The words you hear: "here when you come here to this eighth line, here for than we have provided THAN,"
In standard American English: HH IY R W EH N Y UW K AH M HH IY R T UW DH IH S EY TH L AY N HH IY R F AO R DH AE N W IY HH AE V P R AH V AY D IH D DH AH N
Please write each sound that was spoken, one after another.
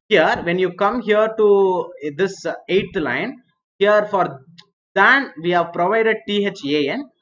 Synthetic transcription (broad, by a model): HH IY R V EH N Y UW K AH M HH IY R T UW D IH S EY T L AY N HH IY R F AO R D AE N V IY HH AE V P R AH V AY D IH D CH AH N